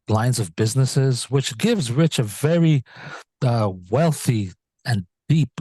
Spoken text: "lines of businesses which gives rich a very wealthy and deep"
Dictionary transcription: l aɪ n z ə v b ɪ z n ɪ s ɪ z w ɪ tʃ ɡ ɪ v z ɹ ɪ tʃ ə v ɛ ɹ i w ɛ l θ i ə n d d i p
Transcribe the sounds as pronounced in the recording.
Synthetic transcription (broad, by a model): l aɪ n z ə v b ɪ z n ɪ s ɪ z w ɪ tʃ ɡ ɪ v z ɹ ɪ tʃ ə v ɛ ɹ i w ɛ l θ i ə n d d i p